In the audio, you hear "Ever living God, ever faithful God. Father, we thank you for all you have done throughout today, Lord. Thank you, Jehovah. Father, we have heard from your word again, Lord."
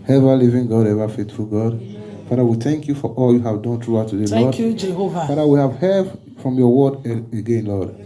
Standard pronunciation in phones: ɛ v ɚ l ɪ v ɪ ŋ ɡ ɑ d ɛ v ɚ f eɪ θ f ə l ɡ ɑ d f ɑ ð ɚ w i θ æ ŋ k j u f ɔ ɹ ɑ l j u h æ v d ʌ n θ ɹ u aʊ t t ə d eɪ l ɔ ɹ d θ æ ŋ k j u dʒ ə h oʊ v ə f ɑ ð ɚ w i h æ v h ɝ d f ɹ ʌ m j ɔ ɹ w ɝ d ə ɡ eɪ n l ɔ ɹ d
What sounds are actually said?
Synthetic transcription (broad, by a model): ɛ v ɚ l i v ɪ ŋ ɡ ɑ d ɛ v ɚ f eɪ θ f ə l ɡ ɑ d f ɑ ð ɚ w i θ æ ŋ k j u f ɔ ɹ ɑ l j u h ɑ v d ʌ n t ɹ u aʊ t t ə d eɪ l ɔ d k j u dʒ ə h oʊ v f ɑ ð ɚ w i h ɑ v h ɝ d f ɹ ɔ m j ɔ w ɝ d ə ɡ eɪ n l ɔ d